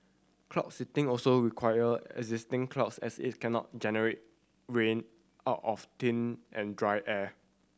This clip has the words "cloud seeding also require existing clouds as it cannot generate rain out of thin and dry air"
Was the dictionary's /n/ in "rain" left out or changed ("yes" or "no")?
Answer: no